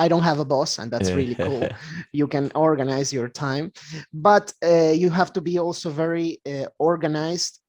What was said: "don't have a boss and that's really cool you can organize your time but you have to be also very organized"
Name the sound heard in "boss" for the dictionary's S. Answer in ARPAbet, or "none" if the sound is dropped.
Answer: S